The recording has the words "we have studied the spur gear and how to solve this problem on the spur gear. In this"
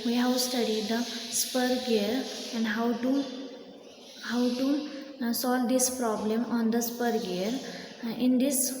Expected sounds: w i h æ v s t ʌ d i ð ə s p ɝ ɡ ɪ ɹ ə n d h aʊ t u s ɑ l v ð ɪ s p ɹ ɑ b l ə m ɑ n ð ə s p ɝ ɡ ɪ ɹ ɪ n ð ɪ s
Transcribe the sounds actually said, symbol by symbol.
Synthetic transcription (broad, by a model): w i h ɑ w s t ʌ d i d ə s p ɝ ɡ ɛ ɹ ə n d h aʊ t u s ɑ l v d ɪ s p ɹ ɑ b l ə m ɑ n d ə s p ɝ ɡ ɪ ɹ ɪ n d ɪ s